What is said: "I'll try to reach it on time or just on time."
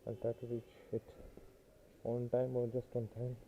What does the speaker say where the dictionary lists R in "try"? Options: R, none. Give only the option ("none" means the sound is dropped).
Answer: none